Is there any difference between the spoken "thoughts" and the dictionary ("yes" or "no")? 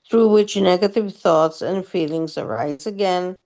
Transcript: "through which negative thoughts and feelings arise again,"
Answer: no